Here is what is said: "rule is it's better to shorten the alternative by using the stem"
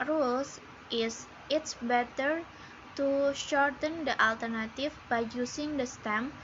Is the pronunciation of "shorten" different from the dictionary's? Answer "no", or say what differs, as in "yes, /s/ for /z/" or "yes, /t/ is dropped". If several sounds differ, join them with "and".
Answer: no